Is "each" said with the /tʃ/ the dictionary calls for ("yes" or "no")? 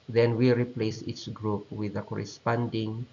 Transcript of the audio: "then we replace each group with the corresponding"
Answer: no